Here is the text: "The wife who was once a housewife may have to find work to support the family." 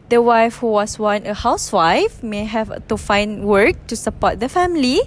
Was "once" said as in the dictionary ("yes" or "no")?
no